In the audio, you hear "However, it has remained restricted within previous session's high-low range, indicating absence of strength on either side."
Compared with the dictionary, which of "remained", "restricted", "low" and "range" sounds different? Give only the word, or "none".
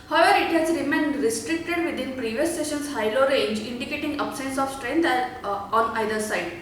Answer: none